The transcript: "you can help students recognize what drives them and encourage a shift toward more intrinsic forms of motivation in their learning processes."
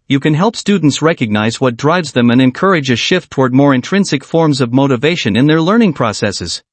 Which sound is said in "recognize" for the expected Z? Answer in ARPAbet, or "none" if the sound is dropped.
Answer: Z